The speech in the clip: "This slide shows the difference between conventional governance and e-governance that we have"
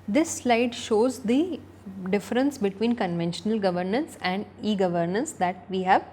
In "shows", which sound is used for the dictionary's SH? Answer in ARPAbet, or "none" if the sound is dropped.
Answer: SH